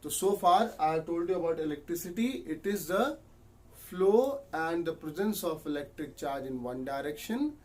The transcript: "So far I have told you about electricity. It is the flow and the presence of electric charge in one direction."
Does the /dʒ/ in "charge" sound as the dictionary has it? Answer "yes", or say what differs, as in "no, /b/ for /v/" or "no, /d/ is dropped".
yes